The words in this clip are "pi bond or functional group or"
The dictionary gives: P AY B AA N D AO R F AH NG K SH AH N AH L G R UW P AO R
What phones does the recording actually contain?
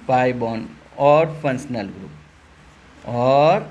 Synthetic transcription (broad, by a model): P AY B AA N AO R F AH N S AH N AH L G R UW P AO R